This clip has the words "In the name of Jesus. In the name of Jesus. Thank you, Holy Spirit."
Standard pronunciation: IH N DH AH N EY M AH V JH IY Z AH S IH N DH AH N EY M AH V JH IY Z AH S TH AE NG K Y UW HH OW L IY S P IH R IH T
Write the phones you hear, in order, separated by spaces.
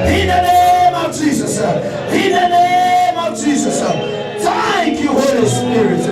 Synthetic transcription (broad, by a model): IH N DH AH N EY M AH V JH IY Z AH S IH N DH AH N EY M AH V JH IY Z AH S T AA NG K Y UW HH OW L IY S P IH R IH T